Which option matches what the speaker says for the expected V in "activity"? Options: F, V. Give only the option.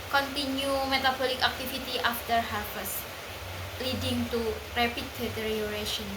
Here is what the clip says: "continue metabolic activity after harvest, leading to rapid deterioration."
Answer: F